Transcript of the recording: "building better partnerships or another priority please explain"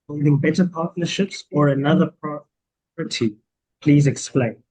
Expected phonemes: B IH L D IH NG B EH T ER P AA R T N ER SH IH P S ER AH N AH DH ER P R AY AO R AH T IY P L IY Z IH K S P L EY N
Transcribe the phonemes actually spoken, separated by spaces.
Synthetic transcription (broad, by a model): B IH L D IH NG B EH T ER P AA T N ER SH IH P S ER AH N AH DH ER P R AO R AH T IY P L IY Z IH K S P L EY N